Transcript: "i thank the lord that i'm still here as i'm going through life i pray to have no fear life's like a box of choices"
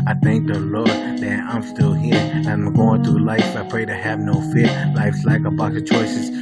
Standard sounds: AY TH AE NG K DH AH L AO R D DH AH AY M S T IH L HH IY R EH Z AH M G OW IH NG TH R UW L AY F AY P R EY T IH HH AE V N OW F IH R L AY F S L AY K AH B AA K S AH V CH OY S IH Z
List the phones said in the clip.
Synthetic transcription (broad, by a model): AY TH AE NG K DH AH L AO R D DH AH AY M S T IH L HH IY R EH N AH M G OW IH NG TH R UW L AY F AY P R EY T IH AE V N OW F IH R L AY F S L AY K AH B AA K AH CH OY S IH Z